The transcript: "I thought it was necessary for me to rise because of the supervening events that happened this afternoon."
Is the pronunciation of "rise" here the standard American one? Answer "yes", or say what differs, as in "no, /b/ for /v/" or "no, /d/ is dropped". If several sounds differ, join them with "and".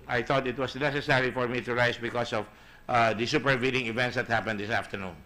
no, /s/ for /z/